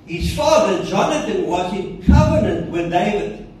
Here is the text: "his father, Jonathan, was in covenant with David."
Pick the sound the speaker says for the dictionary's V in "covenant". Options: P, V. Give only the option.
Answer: V